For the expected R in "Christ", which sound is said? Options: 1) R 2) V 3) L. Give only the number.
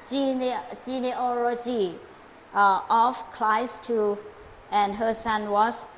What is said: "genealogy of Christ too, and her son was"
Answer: 3